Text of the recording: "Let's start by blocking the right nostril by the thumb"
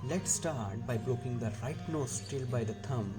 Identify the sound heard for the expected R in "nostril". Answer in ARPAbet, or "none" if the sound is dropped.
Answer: none